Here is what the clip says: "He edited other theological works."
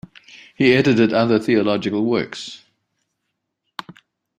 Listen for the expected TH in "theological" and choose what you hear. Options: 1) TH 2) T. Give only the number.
1